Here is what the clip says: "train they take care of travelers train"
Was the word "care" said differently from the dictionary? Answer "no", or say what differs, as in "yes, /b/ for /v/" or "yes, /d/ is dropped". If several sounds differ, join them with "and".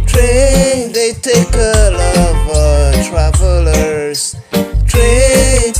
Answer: yes, /l/ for /ɹ/